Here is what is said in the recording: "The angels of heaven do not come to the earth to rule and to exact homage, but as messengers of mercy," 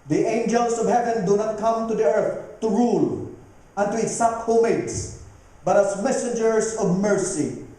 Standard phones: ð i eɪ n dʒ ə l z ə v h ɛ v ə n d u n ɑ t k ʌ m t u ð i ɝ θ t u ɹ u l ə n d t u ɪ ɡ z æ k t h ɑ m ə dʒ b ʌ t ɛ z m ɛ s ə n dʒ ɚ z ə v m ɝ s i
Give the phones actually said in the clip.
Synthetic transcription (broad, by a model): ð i eɪ n dʒ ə l s ə v h ɛ v ə n d u n ɑ t k ʌ m t u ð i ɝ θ t u ɹ u l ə n t u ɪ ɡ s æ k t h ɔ m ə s b ʌ t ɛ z m ɛ s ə n dʒ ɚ s ə v m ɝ s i